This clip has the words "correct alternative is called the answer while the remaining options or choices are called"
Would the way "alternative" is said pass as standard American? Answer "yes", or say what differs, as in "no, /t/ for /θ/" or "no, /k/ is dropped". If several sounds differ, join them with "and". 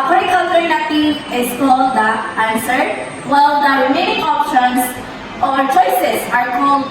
no, /v/ is dropped